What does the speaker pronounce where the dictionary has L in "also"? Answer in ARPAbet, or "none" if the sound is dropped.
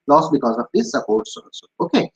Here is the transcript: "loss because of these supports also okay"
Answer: none